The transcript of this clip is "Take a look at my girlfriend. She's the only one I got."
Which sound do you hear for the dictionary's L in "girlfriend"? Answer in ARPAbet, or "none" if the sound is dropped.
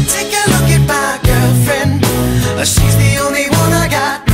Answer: none